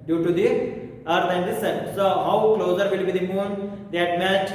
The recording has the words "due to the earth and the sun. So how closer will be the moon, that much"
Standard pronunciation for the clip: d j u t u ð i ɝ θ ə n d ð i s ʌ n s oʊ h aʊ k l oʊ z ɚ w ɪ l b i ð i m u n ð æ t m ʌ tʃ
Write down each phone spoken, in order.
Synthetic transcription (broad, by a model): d j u t u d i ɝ t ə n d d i s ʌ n s oʊ h aʊ k l oʊ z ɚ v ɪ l b i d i m u n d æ t m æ tʃ